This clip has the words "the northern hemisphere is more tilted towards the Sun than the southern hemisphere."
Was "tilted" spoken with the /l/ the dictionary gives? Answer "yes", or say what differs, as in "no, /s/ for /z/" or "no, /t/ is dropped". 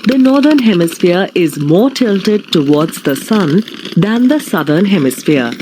yes